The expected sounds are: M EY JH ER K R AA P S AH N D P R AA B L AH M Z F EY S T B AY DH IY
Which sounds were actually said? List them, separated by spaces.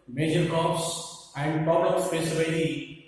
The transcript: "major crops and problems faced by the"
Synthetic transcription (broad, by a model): M EY JH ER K AA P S AH N D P R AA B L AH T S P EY S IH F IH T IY